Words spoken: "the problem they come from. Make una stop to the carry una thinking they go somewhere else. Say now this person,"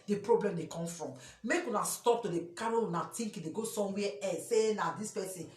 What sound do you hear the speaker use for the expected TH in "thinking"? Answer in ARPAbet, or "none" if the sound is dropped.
T